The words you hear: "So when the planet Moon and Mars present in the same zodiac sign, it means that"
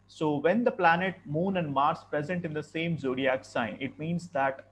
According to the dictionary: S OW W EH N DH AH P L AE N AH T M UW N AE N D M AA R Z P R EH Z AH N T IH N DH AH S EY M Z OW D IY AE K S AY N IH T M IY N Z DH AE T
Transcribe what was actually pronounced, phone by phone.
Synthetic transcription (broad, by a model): S OW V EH N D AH P L AE N AH T M UW N AE N D M AA R S P R EH Z AH N T IH N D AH S EY M Z OW D IY AE K S AY N IH T M IY N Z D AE T